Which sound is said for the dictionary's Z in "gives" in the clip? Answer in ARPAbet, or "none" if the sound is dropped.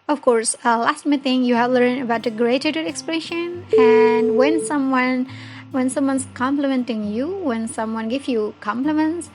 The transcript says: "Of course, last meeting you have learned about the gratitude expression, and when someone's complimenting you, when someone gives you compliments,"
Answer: none